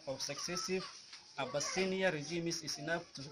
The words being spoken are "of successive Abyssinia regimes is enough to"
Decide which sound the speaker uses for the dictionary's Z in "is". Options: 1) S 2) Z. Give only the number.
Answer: 1